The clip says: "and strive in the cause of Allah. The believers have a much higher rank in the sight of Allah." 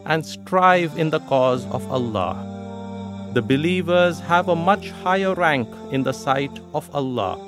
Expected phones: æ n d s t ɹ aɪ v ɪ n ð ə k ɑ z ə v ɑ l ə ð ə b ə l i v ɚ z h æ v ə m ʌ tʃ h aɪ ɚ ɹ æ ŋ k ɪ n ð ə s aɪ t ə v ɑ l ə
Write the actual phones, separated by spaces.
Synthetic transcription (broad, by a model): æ n d s t ɹ aɪ v ɪ n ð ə k ɑ z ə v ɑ l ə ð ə b ə l i v ɚ z h æ v ə m ʌ tʃ h aɪ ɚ ɹ æ ŋ k ɪ n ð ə s aɪ t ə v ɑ l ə